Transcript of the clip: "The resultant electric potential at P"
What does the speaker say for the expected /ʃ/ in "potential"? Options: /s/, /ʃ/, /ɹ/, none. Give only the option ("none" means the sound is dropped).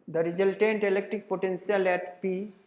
/s/